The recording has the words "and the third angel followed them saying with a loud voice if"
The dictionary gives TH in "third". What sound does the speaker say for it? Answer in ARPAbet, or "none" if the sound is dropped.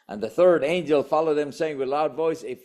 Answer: TH